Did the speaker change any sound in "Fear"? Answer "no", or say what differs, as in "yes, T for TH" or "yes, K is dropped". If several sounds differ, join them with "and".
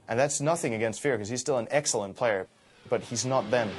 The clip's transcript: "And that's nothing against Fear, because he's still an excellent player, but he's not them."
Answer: no